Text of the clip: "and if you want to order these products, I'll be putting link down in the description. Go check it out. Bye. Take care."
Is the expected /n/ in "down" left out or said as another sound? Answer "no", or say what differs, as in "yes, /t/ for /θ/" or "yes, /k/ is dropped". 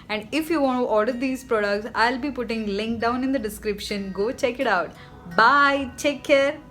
no